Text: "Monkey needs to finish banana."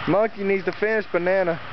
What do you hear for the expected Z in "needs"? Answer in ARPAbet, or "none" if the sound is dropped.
Z